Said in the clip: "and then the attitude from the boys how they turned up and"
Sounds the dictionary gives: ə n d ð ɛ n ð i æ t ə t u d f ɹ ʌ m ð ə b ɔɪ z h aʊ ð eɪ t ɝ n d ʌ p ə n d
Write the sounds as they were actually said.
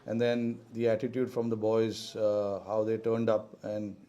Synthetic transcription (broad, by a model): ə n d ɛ n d i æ t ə t u d f ɹ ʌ m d ə b ɔɪ z h aʊ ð eɪ t ɝ n d ʌ p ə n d